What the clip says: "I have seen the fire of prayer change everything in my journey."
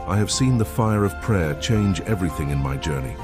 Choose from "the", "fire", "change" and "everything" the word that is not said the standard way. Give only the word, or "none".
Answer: none